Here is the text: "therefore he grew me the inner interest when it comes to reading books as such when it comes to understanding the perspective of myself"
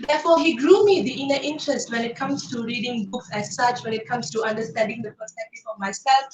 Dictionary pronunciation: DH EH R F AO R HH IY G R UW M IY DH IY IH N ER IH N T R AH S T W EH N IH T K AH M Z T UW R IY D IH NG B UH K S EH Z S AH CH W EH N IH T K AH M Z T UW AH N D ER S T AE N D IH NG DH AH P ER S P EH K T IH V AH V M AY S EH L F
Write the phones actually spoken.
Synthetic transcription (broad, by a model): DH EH F AO HH IY G R UW M IY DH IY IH N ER IH N T R AH S T W EH N IH T K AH M S T UW R IY D IH NG B UH K S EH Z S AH CH W EH N IH T K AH M S T UW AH N D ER S T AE N D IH NG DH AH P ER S EH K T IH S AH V M AY S EH L F